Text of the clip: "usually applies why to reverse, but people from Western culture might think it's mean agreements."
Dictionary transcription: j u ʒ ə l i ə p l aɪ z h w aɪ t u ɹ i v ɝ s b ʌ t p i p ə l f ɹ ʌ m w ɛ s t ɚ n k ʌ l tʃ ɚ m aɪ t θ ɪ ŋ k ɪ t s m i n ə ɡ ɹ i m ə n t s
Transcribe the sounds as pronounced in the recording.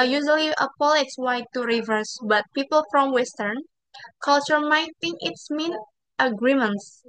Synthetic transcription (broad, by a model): j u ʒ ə l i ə p l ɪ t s w aɪ t u ɹ i v ɝ s b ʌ t p i p ə l f ɹ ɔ m w ɛ s t ɚ n k ʌ l tʃ ɚ m aɪ t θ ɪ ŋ k ɪ t s m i n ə ɡ ɹ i m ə n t s